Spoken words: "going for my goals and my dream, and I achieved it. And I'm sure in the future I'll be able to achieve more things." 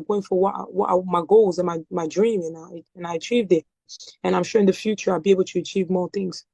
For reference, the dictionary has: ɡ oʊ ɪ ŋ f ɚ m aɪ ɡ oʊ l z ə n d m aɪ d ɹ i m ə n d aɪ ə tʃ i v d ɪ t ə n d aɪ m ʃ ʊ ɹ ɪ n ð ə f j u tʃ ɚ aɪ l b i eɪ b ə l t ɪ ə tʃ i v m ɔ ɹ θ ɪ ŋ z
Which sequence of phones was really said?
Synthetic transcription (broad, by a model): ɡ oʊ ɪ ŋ f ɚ m aɪ ɡ oʊ l z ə n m m aɪ d ɹ i m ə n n aɪ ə tʃ i v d ɪ t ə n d aɪ m ʃ ʊ ɹ ɪ n ð ə f j u tʃ ɚ aɪ l b i eɪ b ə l t ɪ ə tʃ i v m ɔ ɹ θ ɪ ŋ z